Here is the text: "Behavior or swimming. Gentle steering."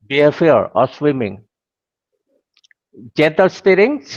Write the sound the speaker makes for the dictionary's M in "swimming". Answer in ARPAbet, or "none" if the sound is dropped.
M